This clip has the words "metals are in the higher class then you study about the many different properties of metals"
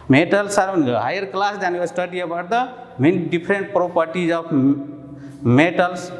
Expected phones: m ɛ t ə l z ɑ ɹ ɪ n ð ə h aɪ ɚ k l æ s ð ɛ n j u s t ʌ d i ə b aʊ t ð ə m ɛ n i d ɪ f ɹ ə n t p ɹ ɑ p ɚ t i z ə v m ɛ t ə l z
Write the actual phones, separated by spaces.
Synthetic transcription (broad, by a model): m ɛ t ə l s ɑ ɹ ɪ n h aɪ ɚ k l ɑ s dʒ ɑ n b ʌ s t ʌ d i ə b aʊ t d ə m ɛ n i d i p ɹ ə n t p ɹ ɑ p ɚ t i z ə p m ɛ t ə l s